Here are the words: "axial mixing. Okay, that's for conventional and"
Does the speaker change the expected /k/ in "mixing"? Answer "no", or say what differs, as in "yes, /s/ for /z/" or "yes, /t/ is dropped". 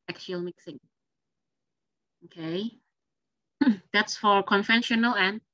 no